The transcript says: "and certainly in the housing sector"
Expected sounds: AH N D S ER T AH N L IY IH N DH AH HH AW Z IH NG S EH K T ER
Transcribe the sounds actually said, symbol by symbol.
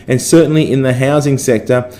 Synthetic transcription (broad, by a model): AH N S ER T N L IY IH N DH AH HH AW Z IH NG S EH K T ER